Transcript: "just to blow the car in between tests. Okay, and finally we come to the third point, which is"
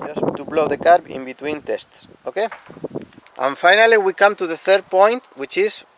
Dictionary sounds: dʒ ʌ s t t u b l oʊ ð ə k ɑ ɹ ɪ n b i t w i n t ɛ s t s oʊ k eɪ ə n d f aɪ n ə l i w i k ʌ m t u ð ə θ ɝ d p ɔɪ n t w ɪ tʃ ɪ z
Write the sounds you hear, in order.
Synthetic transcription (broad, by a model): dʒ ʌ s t t u b l oʊ ð ə k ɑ ɹ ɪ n b i t w i n t ɛ s t s oʊ k eɪ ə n f aɪ n ə l i w i k ʌ m t u ð ə θ ɝ d p ɔɪ n t w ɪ tʃ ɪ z